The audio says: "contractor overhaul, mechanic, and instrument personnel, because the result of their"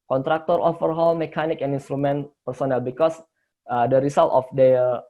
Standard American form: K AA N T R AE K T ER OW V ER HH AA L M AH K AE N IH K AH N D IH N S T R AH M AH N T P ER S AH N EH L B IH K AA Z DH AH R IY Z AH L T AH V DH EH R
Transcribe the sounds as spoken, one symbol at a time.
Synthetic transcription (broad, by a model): K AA N T R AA K T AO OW F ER HH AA L M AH K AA N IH K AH N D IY N S T R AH M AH N P ER S AH N EH L B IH K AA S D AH R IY S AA L T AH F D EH